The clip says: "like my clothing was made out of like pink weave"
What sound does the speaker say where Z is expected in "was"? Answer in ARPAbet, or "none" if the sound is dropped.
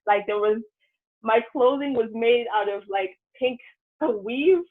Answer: Z